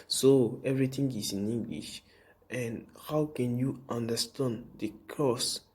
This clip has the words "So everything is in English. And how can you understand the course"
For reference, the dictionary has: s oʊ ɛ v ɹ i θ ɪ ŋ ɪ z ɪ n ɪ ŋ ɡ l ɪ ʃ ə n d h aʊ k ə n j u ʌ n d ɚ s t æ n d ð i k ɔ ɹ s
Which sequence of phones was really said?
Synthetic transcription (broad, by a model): s oʊ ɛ v ɹ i t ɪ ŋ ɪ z ɪ n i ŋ ɡ l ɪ ʃ ə n d h aʊ k ə n j u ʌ n d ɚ s t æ n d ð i k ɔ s